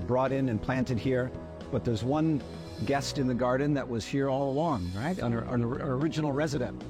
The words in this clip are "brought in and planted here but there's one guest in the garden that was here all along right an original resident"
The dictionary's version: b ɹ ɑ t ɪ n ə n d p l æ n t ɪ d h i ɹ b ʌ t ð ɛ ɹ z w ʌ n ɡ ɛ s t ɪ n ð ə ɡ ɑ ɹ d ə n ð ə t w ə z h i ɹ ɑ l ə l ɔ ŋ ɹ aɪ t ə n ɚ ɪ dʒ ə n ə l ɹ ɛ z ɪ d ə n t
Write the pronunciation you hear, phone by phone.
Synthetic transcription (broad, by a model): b ɹ ɑ t ɪ n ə n p l æ n t ɪ d h i ɹ b ʌ t ð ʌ ɹ z w ʌ n ɡ ɛ s t ɪ n ð ə ɡ ɑ ɹ d n ð ə t w ə z h i ɹ ɑ l ə l ɔ ŋ ɹ aɪ t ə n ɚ ɪ dʒ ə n l ɹ ɛ z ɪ d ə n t